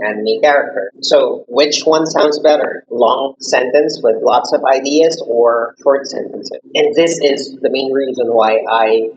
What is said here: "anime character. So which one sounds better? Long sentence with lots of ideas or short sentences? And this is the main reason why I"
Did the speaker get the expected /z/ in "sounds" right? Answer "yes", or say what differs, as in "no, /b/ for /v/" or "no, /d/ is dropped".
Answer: yes